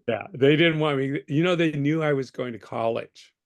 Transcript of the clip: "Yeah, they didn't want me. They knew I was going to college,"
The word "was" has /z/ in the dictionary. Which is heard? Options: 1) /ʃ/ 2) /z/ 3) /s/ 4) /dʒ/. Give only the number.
2